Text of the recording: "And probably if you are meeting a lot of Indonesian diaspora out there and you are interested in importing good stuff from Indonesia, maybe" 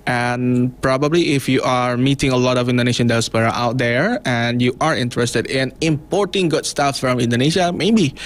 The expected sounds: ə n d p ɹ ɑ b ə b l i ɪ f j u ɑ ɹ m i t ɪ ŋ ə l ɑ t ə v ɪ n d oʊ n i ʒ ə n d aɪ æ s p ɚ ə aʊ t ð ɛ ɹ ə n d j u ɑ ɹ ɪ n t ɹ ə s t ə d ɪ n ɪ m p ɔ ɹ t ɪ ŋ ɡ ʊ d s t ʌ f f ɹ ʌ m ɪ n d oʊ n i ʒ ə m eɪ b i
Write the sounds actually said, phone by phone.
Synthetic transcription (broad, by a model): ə n p ɹ ɑ b ə b l i ɪ f j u ɑ ɹ m i t ɪ ŋ ə l ɑ t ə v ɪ n d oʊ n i ʃ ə n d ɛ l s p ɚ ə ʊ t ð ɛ ɹ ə n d j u ɑ ɹ ɪ n t ɹ ə s t ə d ɪ n ɪ m p ɔ ɹ t ɪ ŋ ɡ ʊ d s t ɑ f f ɹ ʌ m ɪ n d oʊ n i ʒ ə m eɪ b i